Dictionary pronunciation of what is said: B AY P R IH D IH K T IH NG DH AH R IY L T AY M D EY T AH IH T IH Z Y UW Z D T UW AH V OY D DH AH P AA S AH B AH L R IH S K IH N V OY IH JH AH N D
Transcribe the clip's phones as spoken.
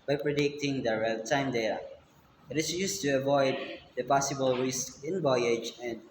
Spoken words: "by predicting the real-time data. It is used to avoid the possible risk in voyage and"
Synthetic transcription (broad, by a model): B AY P R IH D IH K T IH NG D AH R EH T AY M D EY T AH IH T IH S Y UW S T UW AH V OY D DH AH P AA S AH B AH L R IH S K IH N V OY IH JH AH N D